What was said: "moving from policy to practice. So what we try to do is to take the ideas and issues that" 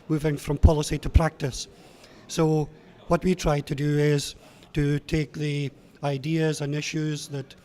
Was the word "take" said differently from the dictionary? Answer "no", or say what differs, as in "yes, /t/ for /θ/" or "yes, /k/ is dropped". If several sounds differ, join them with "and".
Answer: no